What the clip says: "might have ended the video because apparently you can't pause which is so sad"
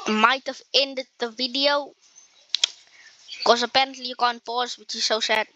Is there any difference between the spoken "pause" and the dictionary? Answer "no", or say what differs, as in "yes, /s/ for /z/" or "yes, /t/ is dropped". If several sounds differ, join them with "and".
no